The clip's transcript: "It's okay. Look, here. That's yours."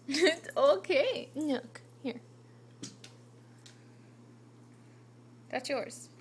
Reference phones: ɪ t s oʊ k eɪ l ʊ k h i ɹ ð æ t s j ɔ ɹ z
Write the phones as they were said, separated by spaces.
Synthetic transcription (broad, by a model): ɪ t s oʊ k eɪ n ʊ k h i ɹ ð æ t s j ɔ ɹ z